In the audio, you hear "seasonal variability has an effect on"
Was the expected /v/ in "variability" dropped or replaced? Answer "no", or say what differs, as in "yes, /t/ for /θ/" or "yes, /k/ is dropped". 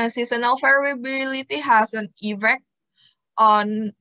yes, /f/ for /v/